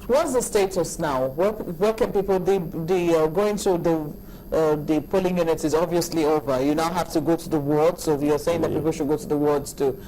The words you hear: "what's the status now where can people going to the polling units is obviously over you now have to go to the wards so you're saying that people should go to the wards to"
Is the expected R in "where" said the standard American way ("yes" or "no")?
no